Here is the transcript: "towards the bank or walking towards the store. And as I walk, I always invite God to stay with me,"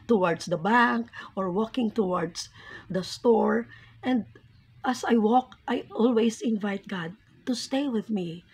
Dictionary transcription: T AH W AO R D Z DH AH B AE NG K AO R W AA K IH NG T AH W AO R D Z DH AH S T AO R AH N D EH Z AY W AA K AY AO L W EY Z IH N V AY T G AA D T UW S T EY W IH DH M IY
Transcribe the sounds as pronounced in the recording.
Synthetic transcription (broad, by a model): T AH W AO R D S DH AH B AE NG K AO R W AA K IH NG T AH W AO R D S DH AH S T AO R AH N D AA S AY W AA K AY AO L W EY S IH N V AY T G AA D T UW S T EY W IH DH M IY